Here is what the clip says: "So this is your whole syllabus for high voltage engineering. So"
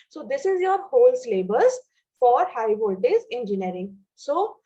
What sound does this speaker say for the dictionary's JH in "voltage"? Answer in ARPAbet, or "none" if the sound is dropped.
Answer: Z